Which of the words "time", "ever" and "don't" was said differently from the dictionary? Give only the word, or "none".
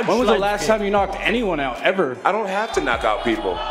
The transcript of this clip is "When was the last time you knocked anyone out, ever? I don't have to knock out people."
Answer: none